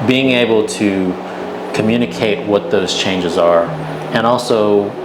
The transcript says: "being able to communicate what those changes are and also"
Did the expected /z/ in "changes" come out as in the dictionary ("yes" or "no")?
yes